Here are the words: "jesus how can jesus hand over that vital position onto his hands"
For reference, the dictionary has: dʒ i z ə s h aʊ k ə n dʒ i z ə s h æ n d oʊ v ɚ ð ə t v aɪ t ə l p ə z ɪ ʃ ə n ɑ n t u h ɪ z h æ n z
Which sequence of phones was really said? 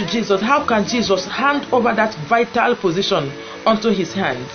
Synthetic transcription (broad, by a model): dʒ i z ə s h aʊ k ə n dʒ i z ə s h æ n d oʊ v ɚ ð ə t v aɪ t ə l p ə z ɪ ʃ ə n ɑ n t u h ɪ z h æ n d